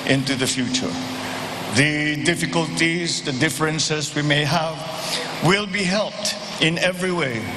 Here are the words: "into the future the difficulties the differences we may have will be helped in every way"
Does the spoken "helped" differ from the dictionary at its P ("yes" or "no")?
no